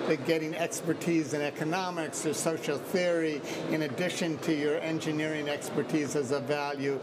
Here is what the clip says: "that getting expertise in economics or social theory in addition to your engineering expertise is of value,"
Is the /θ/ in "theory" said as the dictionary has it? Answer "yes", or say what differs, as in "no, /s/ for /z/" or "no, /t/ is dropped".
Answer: yes